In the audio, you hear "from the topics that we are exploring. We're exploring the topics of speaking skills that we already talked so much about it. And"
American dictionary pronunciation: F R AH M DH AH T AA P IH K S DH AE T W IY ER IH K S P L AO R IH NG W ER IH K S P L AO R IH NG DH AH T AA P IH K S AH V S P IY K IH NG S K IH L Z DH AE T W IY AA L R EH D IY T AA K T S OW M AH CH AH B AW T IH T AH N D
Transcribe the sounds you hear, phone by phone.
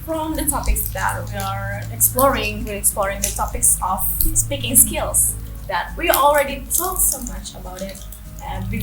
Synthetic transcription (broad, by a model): F R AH M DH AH T AA P IH K S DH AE T W IY ER IH K S P L AO R IH NG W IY IH K S P L AO R IH NG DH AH T AA P IH K S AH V S P IY K IH NG S K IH L S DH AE T W IY AA L R EH D IY T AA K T S OW M AH CH AH B AW T IH T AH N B